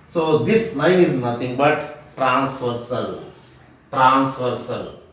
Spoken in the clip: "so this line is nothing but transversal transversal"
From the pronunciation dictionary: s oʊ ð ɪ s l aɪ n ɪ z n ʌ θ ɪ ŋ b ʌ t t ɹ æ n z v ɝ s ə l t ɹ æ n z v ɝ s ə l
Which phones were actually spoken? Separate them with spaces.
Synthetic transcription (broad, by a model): s oʊ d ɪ s n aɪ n ɪ z n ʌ t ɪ ŋ b ʌ t t ɹ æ n s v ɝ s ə l t ɹ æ n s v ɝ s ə l